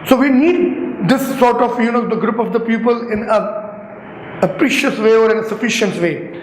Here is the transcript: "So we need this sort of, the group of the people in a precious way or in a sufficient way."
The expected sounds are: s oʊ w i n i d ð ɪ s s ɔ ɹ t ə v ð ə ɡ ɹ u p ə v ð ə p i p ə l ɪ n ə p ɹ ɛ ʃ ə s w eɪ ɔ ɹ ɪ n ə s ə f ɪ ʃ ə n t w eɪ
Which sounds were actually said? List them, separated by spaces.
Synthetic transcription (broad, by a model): s oʊ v i n i d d ɪ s s ɔ ɹ t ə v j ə ɡ ɹ u p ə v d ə p i p ə l ɪ n ə p ɹ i ʃ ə s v eɪ ɔ ɹ ɪ n ə s ə f ɪ ʃ ə n t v eɪ